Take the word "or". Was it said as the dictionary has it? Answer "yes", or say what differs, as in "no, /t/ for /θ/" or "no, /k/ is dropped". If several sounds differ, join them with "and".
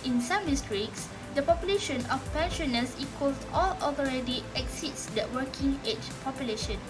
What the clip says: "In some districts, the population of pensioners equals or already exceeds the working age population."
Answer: no, /l/ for /ɹ/